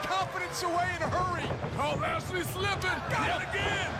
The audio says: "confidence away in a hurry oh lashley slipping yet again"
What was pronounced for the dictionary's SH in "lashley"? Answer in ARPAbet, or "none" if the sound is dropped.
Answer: S